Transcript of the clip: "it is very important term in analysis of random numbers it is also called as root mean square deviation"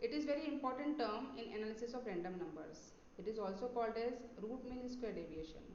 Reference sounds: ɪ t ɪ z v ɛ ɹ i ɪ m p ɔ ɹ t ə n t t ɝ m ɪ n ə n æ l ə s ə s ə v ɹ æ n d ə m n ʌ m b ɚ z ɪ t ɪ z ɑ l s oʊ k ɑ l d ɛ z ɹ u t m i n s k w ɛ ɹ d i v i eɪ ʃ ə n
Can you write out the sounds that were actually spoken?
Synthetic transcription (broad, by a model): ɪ t ɪ z v ɛ ɹ i ɪ m p ɔ ɹ t ə n t t ɝ m ɪ n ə n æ l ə s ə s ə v ɹ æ n d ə m n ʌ m b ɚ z ɪ t ɪ z ɑ l s oʊ k ɑ l d ɛ z ɹ u t m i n s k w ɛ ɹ d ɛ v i eɪ ʃ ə n